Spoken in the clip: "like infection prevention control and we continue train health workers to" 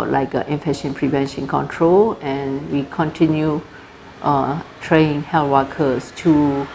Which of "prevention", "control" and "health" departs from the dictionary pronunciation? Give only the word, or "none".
health